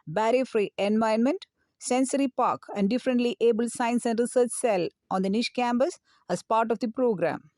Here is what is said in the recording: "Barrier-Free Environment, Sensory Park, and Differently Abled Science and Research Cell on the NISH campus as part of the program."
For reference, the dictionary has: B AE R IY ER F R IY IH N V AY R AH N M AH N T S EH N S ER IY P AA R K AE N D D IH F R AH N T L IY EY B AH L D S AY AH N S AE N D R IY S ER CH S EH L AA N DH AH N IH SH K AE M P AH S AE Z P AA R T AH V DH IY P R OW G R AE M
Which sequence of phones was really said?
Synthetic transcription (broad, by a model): B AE R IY F R IY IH N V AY AH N M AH N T S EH N S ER IY P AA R K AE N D D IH F R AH N T L IY EY B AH L S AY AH N S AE N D R IY S ER CH S EH L AA N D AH N IH SH K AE M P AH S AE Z P AA R T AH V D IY P R OW G R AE M